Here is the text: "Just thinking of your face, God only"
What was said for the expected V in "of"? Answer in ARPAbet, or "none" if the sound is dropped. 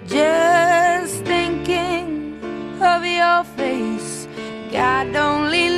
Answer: V